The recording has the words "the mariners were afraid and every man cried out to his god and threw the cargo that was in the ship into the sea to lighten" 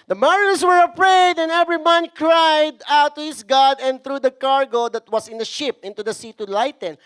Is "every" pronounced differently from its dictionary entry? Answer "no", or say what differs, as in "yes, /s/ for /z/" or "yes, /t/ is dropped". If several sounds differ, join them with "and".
no